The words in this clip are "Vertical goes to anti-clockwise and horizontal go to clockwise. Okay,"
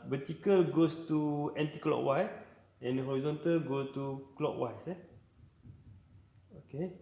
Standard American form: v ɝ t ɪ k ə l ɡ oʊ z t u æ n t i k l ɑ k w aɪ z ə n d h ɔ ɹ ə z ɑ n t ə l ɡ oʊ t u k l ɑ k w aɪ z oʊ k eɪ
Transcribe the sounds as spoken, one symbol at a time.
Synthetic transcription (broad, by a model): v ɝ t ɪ k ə l ɡ oʊ s t u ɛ n t i k l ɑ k w aɪ s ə n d h ɔ ɹ ə z ɑ n t ə l ɡ oʊ t u k l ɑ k w aɪ s oʊ k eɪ